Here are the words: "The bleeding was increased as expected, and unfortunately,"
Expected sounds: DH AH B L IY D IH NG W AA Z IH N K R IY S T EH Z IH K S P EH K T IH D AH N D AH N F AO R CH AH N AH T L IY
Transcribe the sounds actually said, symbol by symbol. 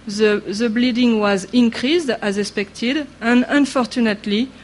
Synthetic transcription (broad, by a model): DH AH B L IY D IH NG W AA Z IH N K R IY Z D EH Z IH S P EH K T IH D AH N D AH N F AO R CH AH N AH T L IY